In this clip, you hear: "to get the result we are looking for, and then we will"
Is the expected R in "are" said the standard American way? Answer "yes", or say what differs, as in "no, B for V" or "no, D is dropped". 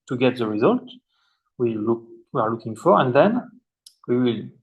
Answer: no, W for R